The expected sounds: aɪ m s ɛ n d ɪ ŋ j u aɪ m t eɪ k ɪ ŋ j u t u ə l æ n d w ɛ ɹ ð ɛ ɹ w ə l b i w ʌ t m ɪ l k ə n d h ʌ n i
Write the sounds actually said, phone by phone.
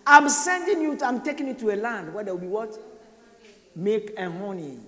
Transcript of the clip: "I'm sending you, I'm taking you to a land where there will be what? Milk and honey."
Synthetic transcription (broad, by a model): aɪ m s ɛ n d ɪ ŋ j u aɪ m t eɪ k ɪ ŋ j u t u ə l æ n d w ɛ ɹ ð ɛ w ə l b i w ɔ t m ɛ k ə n h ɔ n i